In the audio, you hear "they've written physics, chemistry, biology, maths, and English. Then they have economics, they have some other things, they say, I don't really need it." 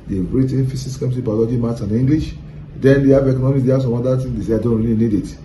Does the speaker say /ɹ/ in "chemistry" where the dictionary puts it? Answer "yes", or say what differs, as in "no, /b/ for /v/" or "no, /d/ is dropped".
no, /ɹ/ is dropped